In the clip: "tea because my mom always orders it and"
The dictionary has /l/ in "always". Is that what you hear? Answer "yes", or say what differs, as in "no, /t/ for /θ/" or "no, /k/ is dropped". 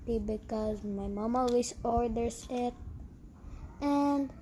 no, /l/ is dropped